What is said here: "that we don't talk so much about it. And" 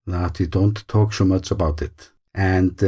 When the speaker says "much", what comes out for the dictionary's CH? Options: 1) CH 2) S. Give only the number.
1